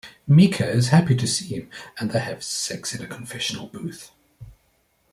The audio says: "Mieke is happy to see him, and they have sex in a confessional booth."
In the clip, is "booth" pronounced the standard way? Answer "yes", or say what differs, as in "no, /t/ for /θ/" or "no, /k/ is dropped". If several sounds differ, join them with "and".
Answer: yes